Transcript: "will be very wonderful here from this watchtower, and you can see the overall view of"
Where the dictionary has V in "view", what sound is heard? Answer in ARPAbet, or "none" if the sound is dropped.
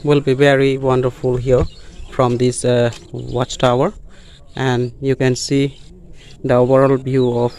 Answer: B